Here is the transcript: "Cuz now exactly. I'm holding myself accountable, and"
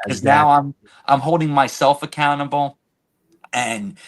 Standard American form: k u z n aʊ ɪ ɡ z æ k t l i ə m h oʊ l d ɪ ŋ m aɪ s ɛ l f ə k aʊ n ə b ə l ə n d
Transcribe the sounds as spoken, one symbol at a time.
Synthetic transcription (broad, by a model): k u z n aʊ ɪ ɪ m t i ə m h oʊ l d ɪ ŋ m aɪ s ɛ l f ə k aʊ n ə b l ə n